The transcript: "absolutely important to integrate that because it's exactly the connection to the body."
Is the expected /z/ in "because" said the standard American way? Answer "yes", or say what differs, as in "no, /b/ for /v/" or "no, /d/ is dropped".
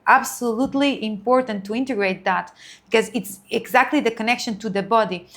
yes